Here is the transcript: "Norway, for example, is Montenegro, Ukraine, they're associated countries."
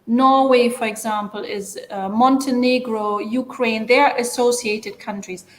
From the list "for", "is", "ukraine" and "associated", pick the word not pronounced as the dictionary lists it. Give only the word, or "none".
none